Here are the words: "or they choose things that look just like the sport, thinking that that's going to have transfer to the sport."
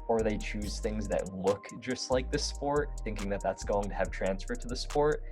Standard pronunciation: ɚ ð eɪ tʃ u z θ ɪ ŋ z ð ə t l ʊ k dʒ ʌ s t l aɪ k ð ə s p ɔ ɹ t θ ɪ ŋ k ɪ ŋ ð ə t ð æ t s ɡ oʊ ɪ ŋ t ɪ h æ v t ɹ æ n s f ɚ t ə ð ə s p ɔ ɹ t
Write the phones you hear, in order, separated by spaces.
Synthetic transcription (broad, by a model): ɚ ð eɪ tʃ u z θ ɪ ŋ z ð ə t l ʊ k dʒ ʌ s t l aɪ k ð ə s p ɔ ɹ t θ ɪ ŋ k ɪ ŋ ð ə t ð æ t s ɡ oʊ ɪ ŋ t ɪ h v t ɹ æ n s f ɚ t ə ð ə s p ɔ ɹ t